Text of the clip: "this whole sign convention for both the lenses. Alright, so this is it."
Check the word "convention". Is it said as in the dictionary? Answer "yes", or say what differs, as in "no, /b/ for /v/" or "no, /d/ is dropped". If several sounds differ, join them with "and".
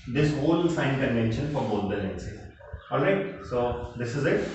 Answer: yes